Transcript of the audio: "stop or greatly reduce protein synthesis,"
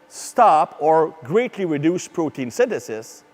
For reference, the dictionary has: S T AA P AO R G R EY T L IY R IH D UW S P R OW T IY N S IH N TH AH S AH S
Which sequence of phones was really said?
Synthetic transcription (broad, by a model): S T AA P AO R G R EY T L IY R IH D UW S P R OW T IY N S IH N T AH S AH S